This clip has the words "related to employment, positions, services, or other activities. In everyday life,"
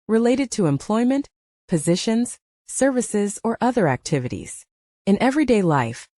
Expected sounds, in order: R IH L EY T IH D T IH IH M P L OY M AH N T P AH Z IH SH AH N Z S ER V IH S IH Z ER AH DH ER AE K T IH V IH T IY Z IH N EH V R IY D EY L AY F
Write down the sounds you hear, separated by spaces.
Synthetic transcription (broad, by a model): R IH L EY T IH D T IH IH M P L OY M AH N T P AH Z IH SH AH N Z S ER V IH S IH Z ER AH DH ER AE K T IH V IH T IY Z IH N EH V R IY D EY L AY F